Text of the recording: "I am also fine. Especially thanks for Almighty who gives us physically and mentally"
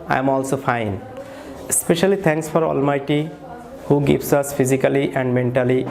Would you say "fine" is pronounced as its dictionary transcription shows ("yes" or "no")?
yes